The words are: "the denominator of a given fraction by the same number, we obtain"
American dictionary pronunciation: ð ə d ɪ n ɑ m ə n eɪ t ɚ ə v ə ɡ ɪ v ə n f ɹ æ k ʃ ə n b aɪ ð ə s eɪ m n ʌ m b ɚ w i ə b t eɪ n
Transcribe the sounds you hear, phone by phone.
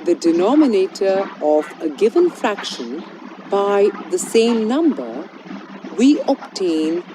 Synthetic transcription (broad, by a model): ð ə d ɪ n ɑ m ə n eɪ t ɚ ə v ə ɡ ɪ v ə n f ɹ æ k ʃ ə n b aɪ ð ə s eɪ m n ʌ m b ɚ w i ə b t eɪ n